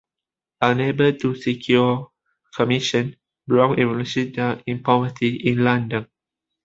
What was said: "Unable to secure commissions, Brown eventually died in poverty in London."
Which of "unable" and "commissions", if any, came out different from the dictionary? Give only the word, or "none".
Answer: commissions